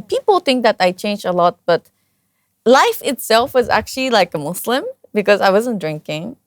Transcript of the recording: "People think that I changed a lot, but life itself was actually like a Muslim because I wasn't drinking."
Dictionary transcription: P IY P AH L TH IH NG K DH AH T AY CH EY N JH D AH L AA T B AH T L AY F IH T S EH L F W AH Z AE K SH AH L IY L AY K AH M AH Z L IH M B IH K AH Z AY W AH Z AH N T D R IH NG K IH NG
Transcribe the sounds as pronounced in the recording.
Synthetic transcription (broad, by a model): P IY P L TH IH NG K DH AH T AY CH EY N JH AH L AA T B AH T L AY F IH T S EH L F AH Z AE K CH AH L IY L AY K AH M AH S L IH M B IH K AH Z AY W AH Z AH N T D R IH NG K IH NG